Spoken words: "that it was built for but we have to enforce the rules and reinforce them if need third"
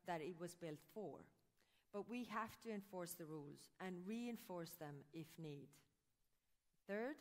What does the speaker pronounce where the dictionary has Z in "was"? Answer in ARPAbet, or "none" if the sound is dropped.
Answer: Z